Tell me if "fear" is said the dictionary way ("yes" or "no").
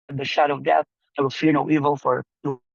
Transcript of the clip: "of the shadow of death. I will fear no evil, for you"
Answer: yes